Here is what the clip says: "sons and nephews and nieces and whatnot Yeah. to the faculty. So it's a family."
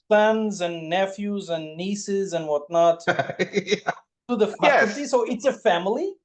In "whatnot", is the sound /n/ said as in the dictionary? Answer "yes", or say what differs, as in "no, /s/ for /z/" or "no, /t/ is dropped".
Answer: yes